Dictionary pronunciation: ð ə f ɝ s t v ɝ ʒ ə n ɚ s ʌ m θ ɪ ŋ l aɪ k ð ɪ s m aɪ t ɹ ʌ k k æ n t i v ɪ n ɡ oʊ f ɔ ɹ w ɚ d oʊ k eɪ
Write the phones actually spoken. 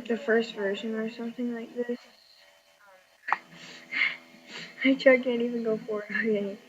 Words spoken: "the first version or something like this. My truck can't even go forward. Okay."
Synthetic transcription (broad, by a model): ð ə f ɝ s t v ɝ ʒ ə n ɚ s ʌ m θ ɪ ŋ l aɪ k ð ɪ s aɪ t ʌ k k æ n t i v ɪ n ɡ oʊ f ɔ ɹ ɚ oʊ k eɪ